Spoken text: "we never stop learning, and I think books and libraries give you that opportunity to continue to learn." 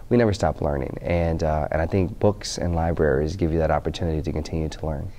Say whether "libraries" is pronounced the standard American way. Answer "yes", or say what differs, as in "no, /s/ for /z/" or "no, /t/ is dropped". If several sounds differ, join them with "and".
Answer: yes